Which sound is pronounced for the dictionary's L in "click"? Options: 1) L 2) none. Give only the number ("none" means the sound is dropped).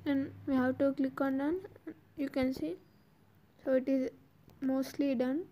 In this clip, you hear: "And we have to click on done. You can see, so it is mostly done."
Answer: 1